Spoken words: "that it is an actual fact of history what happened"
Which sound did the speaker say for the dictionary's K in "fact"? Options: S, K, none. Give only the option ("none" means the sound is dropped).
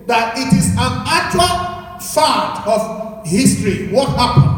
none